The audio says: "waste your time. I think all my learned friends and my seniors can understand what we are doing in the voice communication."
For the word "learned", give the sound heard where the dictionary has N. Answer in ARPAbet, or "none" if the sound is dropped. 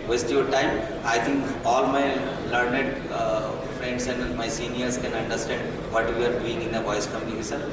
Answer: N